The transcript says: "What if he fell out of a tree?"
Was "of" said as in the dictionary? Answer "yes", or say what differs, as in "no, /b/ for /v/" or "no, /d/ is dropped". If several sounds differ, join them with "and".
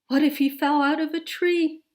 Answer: yes